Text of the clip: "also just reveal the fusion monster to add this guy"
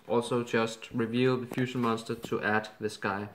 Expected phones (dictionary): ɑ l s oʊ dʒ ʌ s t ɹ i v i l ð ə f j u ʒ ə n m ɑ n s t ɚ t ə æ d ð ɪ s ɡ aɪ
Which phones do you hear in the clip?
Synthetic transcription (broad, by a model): ɑ l s oʊ dʒ ʌ s t ɹ i v i l ð ə f j u ʃ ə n m ɑ n s t ɚ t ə æ d ð ɪ s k aɪ